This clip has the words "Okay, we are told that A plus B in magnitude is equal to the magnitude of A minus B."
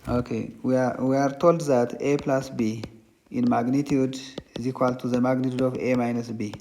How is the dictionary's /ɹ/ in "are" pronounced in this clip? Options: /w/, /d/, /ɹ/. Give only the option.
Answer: /ɹ/